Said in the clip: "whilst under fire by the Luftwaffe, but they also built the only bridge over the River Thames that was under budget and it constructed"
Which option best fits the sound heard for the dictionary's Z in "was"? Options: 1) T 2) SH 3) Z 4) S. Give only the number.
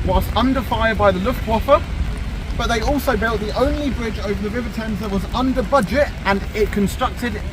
3